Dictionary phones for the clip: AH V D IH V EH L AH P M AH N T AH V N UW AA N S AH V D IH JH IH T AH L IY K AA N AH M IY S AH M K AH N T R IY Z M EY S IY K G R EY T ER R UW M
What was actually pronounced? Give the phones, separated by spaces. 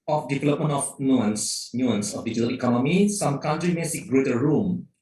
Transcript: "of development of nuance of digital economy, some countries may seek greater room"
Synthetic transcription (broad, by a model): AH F D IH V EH L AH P M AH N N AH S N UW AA N S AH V D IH JH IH T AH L IY K AA N AH M IY S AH M K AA N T R IY M EY S IY K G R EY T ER R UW M